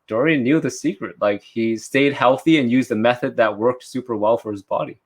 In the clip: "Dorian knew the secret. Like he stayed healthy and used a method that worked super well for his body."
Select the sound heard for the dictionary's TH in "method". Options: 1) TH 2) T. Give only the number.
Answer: 1